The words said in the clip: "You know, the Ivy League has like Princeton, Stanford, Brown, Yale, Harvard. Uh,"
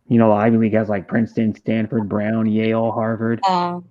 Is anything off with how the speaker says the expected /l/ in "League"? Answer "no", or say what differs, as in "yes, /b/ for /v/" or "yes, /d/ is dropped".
yes, /w/ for /l/